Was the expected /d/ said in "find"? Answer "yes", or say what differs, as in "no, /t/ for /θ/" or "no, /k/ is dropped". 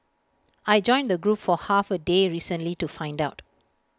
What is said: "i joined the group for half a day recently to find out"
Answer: yes